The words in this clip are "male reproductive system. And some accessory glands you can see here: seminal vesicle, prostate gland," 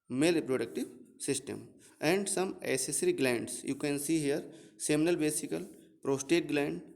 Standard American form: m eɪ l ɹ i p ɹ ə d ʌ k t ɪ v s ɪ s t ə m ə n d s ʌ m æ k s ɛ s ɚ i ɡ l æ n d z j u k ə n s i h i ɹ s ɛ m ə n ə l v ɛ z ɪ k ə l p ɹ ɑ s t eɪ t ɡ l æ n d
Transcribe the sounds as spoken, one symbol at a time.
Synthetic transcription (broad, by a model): m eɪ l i p ɹ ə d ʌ k t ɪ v s ɪ s t ə m ə n d s ʌ m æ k s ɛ s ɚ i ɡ l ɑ n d s j u k ə n s i h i ɹ s ɛ m ə n ə l b ɛ s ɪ k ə l p ɹ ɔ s t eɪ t ɡ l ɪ n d